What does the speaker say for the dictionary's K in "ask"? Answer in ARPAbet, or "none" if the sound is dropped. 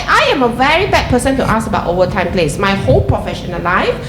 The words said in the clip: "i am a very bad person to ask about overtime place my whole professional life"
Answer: none